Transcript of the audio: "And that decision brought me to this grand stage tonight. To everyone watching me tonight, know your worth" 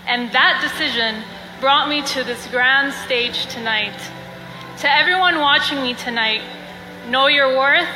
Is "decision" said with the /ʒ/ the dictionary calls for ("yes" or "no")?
yes